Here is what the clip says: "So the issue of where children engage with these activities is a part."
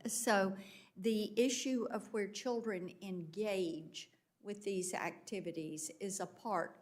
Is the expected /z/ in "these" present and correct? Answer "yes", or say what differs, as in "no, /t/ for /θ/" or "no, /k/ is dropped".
yes